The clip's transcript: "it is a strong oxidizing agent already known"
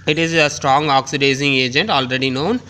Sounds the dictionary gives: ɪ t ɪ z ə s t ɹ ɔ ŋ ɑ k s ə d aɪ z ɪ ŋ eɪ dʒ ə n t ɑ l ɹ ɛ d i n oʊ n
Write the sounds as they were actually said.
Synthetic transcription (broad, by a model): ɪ t ɪ z ə s t ɹ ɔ ŋ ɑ k s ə d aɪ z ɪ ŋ eɪ dʒ ə n t ɑ l ɹ ɛ d i n oʊ n